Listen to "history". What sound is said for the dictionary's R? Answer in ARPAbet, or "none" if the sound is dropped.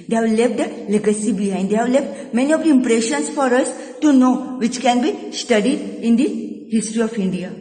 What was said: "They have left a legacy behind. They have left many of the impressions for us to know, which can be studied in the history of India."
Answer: R